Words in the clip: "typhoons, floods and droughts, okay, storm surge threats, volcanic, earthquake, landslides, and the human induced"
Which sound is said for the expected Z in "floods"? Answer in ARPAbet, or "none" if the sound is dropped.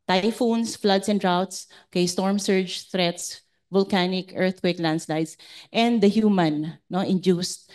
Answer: S